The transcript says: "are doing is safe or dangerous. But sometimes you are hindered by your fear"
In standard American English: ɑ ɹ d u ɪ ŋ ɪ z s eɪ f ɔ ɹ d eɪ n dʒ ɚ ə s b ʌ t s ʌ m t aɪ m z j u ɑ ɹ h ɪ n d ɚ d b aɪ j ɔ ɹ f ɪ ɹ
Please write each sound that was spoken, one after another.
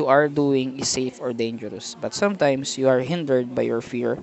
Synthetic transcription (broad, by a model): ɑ ɹ d u ɪ ŋ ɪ s eɪ f ɔ ɹ d eɪ n dʒ ɚ ə s b ʌ t s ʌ m t aɪ m s j u ɑ ɹ h ɪ n d ɚ d b aɪ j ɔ ɹ f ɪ ɹ